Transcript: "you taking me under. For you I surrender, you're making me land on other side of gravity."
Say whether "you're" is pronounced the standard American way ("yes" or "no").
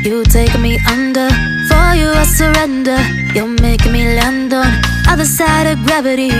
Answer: no